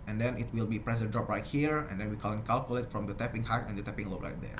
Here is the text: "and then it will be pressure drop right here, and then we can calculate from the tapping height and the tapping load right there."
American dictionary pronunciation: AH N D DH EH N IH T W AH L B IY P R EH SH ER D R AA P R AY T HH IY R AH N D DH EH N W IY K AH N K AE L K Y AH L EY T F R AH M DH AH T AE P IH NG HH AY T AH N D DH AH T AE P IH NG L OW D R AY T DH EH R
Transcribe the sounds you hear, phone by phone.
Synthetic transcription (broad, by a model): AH N D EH N IH T W AH L B IY P R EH S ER D R AA P R AY T HH IY R AH N D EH N W IY K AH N K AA L K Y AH L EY T F R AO M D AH T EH P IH NG HH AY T AH N D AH T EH P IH NG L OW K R AY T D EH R